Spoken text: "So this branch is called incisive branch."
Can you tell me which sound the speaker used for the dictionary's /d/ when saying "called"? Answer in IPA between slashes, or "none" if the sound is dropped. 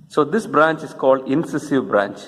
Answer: /d/